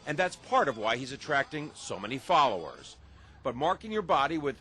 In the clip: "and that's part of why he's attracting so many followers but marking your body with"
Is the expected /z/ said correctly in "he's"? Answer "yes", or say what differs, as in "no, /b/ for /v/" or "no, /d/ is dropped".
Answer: yes